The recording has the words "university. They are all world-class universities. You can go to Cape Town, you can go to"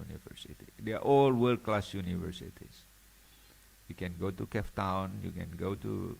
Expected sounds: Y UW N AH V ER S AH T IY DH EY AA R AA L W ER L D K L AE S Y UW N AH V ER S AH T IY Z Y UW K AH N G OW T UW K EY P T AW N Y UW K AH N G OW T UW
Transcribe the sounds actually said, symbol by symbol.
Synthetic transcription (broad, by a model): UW N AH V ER S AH T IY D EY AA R AA L W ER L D K L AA S Y UW N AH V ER S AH T IY S Y UW K AH N G OW T UW K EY F T AW N Y UW K AH N G OW T UW